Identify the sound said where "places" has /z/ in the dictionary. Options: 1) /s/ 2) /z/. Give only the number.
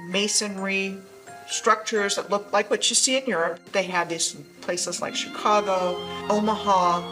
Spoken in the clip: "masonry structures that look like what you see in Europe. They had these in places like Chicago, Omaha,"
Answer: 2